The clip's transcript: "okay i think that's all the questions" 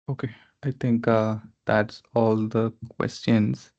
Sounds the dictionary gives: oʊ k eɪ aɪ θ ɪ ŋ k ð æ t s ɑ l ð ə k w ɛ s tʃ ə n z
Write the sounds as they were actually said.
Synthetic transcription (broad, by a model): oʊ k eɪ aɪ t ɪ ŋ k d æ t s ɑ l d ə k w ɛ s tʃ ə n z